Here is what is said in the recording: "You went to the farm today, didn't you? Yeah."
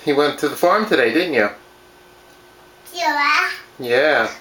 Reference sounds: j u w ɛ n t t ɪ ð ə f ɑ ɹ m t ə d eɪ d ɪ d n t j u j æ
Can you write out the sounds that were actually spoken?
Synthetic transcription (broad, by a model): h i w ɛ n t t ɪ ð ə f ɑ ɹ m t ə d eɪ d ɪ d n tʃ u j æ